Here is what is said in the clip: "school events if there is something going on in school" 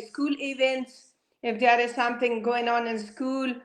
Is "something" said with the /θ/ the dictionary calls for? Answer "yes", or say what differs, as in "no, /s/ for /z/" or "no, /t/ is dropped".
yes